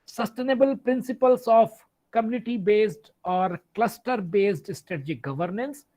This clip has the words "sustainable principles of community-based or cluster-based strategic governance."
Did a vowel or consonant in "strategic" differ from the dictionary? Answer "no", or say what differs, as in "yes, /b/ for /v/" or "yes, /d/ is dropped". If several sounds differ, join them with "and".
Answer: no